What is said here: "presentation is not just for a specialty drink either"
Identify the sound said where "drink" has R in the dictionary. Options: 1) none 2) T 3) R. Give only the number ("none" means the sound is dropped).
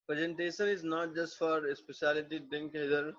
1